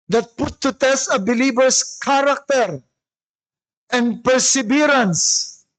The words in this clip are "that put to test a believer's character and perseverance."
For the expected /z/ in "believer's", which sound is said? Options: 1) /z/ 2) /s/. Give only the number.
2